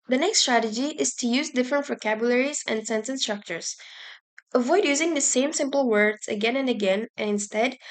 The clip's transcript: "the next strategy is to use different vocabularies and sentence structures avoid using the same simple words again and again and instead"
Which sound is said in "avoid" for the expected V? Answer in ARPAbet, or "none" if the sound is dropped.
V